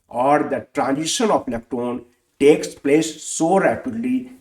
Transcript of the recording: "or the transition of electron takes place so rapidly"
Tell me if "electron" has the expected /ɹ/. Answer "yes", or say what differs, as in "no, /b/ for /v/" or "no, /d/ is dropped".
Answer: no, /ɹ/ is dropped